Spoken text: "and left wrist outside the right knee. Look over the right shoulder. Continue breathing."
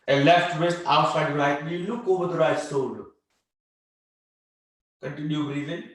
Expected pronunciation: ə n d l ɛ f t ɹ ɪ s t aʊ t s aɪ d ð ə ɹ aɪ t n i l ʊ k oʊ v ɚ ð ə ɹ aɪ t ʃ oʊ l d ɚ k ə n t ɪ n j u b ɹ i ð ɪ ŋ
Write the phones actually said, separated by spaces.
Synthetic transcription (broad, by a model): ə l ɛ f t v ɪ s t aʊ t s aɪ d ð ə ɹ aɪ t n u l ʊ k oʊ v ɚ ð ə ɹ aɪ t s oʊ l k ə n t ɪ n j u ɹ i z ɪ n